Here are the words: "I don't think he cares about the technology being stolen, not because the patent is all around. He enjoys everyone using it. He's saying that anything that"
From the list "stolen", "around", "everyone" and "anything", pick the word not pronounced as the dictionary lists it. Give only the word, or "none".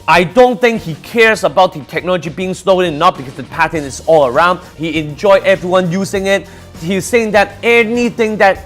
stolen